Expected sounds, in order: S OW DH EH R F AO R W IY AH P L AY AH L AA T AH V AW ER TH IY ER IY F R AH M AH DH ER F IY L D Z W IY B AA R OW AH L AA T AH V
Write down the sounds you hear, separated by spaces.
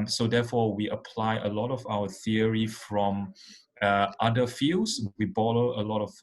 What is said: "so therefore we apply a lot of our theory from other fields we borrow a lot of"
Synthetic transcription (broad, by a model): S OW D EH F AO W IY AH P L AY AH L AA T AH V AW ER TH IY ER IY F R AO M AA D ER F IY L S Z W IY B AA L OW AH L AA T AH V